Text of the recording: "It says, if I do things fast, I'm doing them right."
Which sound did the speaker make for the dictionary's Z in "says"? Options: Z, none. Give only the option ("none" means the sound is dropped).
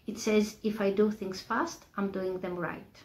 Z